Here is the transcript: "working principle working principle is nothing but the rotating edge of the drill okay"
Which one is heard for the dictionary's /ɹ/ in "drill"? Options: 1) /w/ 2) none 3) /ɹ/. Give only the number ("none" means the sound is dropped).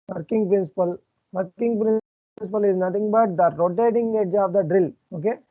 3